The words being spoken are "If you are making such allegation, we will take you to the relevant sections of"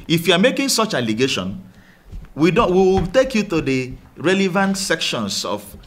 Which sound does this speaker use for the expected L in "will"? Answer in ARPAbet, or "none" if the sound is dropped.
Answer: W